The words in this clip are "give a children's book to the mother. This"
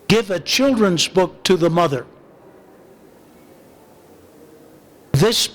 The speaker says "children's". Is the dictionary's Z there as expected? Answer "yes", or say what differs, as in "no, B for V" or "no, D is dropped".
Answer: yes